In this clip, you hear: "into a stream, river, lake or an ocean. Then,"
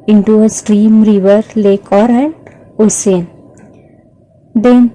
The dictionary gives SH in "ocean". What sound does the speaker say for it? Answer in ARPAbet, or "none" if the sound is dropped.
S